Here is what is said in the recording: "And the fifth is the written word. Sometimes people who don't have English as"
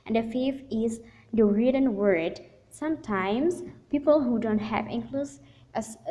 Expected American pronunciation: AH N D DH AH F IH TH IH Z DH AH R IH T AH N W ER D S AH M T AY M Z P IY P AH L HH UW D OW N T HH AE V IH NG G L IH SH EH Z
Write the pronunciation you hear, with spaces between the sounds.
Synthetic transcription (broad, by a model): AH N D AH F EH F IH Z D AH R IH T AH N W ER D S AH M T AY M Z P IY P AH L HH UW D OW N T HH AE V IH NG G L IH S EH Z